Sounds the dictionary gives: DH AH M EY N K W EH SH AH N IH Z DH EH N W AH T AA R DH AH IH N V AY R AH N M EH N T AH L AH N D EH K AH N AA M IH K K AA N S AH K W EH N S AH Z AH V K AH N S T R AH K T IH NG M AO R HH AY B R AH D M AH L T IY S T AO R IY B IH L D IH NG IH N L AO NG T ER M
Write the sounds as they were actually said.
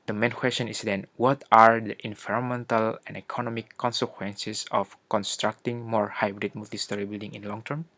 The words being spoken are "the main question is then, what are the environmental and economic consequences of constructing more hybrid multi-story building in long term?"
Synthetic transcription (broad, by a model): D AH M EY N K W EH S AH N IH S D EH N W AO T AA R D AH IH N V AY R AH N M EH N T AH L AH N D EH K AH N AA M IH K K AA N S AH K W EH N S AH S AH F K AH N S T R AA K T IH NG M AO R HH AY B R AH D M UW L T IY S T AO R IY B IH L D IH NG IH N L AO NG T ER M